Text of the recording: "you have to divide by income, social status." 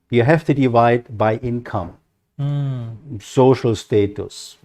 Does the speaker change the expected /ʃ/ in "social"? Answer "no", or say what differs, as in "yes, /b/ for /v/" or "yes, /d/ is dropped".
no